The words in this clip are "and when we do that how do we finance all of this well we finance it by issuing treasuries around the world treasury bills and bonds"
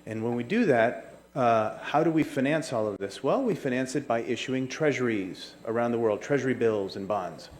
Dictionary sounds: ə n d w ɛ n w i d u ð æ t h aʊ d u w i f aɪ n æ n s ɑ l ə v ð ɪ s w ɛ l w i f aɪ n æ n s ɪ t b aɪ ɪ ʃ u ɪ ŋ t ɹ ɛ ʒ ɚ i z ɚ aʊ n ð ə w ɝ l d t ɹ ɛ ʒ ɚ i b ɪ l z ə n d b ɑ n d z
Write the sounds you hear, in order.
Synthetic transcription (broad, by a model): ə n w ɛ n w i d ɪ ð æ t h aʊ d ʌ w i f aɪ n æ n s ɑ l ə v ð ɪ s w ɛ l w i f aɪ n æ n s ɪ t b aɪ ɪ ʃ u ɪ ŋ t ɹ ɛ ʒ ɚ i z ɚ aʊ n ð ə w ɝ l d t ɹ ɛ ʒ ɚ i b ɪ l z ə n b ɑ n d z